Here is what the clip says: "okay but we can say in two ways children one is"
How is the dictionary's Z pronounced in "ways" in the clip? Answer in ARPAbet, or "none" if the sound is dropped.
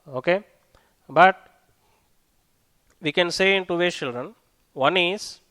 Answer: none